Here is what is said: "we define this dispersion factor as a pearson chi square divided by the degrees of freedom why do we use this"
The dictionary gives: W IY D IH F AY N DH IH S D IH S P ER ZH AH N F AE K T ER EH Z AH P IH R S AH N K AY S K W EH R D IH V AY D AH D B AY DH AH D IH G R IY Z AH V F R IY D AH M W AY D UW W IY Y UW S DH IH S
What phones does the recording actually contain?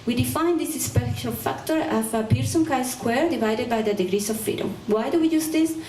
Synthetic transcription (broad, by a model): W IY D IH F AY N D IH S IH S P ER SH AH L F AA K T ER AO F AH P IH R S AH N K AY S K W EH R D IH V AY D AH D B AY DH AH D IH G R IY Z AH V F IY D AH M W AY D UW W IY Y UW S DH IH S